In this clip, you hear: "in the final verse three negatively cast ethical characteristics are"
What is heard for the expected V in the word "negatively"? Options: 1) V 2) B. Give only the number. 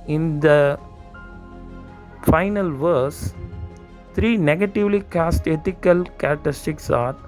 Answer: 1